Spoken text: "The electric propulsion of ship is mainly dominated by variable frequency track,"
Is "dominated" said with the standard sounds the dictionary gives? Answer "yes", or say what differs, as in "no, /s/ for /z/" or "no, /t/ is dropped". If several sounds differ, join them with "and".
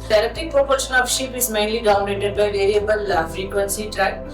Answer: no, /m/ is dropped